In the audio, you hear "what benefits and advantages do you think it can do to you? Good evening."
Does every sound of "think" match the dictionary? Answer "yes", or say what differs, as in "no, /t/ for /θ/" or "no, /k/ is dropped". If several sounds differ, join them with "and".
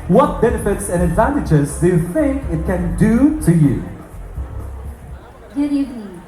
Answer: yes